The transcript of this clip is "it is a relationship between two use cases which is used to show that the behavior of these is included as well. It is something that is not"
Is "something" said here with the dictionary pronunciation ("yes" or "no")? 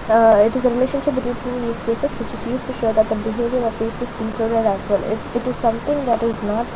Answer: no